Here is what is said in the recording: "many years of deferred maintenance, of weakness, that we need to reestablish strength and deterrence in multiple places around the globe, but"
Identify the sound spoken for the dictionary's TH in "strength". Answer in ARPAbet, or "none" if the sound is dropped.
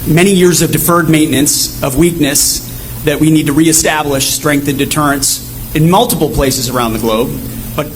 TH